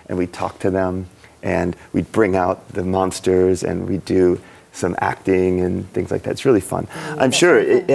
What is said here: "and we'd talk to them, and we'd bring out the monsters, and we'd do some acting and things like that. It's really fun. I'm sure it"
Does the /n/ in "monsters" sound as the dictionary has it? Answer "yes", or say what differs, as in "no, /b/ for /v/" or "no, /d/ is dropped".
yes